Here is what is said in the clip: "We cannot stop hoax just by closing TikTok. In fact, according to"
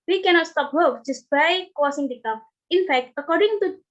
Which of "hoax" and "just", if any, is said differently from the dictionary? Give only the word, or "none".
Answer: hoax